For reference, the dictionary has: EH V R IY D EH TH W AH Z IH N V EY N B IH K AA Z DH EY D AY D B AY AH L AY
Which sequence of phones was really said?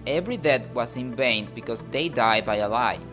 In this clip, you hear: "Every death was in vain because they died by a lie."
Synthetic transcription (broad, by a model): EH V R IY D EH T W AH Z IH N V EY N B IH K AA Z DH EY D AY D B AY AH L AY